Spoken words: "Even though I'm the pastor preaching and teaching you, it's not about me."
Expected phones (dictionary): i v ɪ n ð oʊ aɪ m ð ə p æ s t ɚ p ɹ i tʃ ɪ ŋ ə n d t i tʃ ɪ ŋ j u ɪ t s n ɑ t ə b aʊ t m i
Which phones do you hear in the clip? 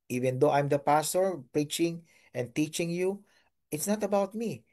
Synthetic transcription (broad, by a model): i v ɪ n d oʊ aɪ m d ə p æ s t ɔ p ɹ i tʃ ɪ ŋ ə n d t i tʃ ɪ ŋ j u ɪ t s n ɑ t ə b aʊ t m i